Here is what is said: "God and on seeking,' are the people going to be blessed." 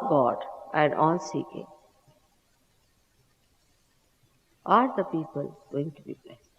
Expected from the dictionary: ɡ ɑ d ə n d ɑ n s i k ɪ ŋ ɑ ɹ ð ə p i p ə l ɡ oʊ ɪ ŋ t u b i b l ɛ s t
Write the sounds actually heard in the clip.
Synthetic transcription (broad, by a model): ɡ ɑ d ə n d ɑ l s i k ɪ ŋ ɑ ɹ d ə p i p ə l ɡ oʊ ɪ ŋ t u b i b l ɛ s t